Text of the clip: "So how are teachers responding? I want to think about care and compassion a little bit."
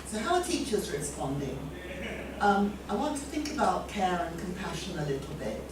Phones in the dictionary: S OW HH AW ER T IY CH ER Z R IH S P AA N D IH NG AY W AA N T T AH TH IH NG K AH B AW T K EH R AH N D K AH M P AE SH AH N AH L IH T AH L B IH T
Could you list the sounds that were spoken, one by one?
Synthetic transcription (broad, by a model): S OW HH AW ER T IY CH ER Z R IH S P AA N D IH NG AY W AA N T T AH TH IH NG K AH B AW T K EH R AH N K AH M P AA SH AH N AH L IH T L B IH T